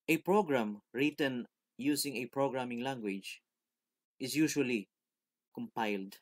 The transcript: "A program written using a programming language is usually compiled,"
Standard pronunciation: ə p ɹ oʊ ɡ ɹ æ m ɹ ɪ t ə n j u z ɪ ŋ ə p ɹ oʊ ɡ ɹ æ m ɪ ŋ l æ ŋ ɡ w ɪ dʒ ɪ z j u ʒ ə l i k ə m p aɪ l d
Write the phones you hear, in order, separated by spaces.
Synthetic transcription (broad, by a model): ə p ɹ oʊ ɡ ɹ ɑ m ɹ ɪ t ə n j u s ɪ ŋ ə p ɹ oʊ ɡ ɹ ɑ m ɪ ŋ l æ ŋ ɡ w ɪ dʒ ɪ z j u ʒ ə l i k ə m p aɪ l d